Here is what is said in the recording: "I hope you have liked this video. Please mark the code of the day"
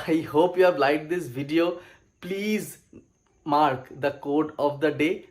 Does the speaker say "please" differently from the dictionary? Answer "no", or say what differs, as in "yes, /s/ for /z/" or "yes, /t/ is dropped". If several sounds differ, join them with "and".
no